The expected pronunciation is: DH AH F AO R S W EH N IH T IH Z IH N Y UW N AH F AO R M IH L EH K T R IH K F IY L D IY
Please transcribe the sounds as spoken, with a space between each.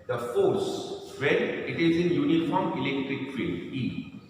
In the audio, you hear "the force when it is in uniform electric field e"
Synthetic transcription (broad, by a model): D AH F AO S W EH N IH T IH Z IH N Y UW N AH F AO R M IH L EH K T R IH K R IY D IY